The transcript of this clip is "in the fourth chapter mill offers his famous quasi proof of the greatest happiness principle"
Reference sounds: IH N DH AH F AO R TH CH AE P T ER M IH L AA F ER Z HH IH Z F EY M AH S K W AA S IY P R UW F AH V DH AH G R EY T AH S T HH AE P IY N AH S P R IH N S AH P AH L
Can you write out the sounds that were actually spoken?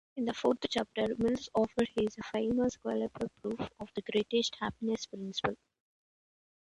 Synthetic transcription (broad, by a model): IH N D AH F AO R T CH AE P T ER M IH L AA F ER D HH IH Z F EY M AH S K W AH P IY P R UW F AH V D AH G R EY T AH S T HH AE P IY N AH S P R IH N S AH P AH L